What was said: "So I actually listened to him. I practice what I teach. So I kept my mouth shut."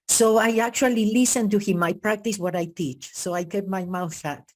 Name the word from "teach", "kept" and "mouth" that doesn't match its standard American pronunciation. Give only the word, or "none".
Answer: kept